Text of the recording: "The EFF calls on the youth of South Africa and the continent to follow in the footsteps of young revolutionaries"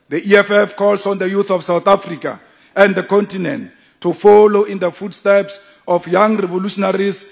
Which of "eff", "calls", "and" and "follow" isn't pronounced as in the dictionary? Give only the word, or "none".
calls